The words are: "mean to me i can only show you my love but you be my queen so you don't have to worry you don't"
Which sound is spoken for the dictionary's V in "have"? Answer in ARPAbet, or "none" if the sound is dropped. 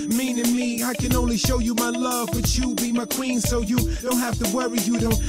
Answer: F